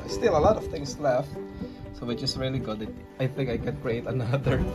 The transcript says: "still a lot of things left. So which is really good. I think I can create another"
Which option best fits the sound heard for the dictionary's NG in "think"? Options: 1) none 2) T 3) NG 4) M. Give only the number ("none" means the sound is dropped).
3